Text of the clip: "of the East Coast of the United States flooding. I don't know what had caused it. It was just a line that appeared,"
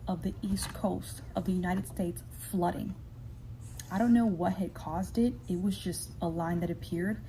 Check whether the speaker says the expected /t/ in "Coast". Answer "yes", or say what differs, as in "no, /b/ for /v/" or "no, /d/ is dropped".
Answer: yes